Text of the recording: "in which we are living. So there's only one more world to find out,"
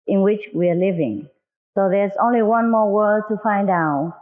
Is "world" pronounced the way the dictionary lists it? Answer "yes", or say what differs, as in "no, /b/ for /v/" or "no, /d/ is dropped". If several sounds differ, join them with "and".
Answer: no, /l/ is dropped